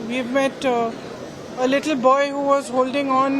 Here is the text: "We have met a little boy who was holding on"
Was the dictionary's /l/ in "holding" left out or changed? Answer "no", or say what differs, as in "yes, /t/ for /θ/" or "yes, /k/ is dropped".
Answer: no